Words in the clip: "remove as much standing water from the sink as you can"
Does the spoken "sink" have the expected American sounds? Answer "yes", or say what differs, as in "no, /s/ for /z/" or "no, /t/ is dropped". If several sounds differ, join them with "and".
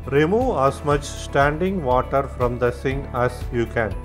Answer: no, /k/ is dropped